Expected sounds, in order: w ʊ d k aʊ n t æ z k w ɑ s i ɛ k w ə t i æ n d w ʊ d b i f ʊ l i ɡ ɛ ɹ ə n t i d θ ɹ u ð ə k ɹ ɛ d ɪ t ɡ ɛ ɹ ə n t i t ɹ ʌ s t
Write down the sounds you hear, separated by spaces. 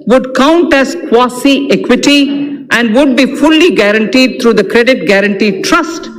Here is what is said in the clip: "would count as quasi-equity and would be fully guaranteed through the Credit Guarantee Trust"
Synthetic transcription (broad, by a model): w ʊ d k aʊ n t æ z k w ɑ s i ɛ k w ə t i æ n d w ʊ d b i f ʊ l i ɡ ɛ ɹ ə n t i d t ɹ u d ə k ɹ ɛ d ɪ t ɡ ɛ ɹ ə n t i t ɹ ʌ s t